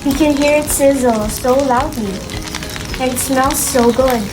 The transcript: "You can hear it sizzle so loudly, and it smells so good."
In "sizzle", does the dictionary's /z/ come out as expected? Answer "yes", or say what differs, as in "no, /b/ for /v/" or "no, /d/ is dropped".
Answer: yes